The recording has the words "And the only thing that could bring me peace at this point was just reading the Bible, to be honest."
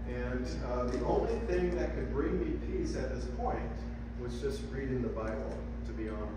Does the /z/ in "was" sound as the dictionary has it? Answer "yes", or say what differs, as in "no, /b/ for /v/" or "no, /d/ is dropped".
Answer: yes